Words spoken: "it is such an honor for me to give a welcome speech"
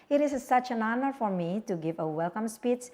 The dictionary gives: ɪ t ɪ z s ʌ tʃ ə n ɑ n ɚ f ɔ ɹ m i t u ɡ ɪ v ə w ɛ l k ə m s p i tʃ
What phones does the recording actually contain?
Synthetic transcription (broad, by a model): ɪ t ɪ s s ʌ tʃ ə n ɑ n ɚ f ɔ ɹ m i t u ɡ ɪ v ə w ɛ l k ə m s p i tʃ